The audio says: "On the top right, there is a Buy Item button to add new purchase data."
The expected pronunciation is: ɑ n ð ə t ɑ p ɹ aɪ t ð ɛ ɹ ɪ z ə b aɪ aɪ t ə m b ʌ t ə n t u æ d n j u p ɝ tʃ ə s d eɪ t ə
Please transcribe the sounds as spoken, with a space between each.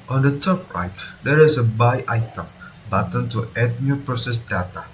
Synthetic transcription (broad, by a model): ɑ n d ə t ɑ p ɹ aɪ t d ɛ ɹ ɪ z ə b aɪ aɪ t ə m b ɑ t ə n t u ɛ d n j u p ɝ s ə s d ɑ t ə